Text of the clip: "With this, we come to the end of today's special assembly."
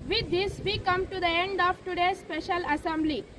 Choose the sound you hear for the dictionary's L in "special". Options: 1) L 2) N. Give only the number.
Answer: 1